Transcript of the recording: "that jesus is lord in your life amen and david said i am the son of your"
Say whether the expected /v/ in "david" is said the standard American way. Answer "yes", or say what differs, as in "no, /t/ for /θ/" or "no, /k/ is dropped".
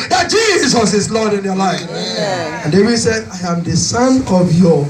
no, /w/ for /v/